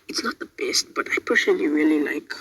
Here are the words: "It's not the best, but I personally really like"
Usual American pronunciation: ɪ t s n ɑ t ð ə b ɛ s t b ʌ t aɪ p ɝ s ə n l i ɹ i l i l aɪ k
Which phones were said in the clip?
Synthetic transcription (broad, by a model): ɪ t s n ɑ t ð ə b ɛ s t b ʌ t aɪ p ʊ ʃ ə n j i ɹ i l i l aɪ k